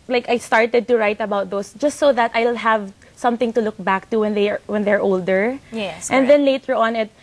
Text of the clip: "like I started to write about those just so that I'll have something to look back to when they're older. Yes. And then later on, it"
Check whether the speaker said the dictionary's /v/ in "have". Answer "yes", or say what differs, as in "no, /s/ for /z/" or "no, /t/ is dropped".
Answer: yes